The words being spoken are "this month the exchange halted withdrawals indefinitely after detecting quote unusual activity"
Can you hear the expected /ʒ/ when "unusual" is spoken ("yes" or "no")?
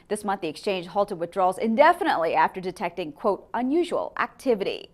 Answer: yes